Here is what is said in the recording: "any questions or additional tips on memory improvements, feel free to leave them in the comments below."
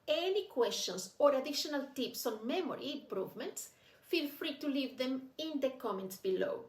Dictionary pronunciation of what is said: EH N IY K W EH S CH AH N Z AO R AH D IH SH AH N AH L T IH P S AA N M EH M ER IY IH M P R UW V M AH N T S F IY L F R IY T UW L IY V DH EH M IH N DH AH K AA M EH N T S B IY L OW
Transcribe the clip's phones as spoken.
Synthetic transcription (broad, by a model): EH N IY K W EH S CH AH N S AO R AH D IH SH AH N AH L T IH P S AA N M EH M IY IH M P R UW V M AH N T S F IY L F R IY T UW L IY V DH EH M IH N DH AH K AA M EH N T S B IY L OW